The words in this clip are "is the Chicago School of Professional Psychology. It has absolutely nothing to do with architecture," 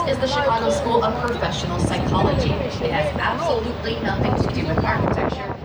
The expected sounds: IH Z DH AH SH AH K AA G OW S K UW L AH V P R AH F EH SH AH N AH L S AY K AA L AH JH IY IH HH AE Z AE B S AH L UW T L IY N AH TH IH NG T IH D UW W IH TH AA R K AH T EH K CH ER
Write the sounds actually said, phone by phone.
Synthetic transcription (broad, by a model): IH Z DH AH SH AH AA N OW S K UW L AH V P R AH F EH SH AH N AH L S AY K AA L AH JH IY IH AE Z AE B S AH L UW T L IY N AH TH IH NG T IH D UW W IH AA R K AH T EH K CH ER